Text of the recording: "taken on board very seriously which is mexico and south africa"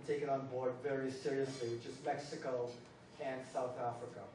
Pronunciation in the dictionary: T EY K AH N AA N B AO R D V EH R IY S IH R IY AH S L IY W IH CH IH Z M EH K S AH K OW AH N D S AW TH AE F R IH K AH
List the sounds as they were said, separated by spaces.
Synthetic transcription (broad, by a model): T EY K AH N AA N B AO R D V EH R IY S IH R IY AH S L IY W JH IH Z M EH K S AH K OW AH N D S AW TH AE F R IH K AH